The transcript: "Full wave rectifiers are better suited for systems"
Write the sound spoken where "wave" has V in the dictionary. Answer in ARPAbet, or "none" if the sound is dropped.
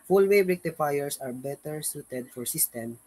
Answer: B